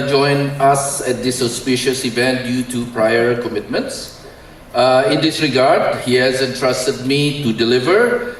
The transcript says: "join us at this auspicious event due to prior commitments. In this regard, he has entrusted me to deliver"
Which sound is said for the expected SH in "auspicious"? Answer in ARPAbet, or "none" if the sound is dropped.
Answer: SH